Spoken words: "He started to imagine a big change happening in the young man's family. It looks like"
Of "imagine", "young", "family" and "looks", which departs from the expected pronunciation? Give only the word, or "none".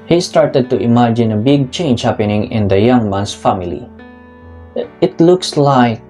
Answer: none